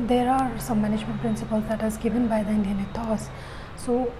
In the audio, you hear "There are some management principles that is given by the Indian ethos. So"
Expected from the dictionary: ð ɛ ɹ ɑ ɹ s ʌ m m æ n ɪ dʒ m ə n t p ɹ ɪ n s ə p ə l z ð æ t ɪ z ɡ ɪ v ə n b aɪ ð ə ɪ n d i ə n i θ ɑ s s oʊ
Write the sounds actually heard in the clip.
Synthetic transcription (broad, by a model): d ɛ ɹ ɑ ɹ s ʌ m m æ n ɪ dʒ m ə n t p ɹ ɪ n s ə p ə l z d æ t ɪ z ɡ ɪ v ə n b aɪ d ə ɪ n d i ə n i t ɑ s s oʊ